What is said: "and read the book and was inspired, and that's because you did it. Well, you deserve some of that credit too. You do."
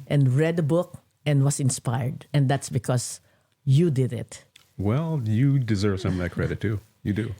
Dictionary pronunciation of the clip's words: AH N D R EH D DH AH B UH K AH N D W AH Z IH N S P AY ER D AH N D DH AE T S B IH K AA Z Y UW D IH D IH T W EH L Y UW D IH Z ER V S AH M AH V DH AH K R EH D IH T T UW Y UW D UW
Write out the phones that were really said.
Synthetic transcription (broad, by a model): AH N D R EH D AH B UH K AH N D W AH S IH N S P AY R D AH N D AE T S B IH K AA S Y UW D IH D IH T W EH L Y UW D IH Z ER V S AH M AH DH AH K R EH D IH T T UW Y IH D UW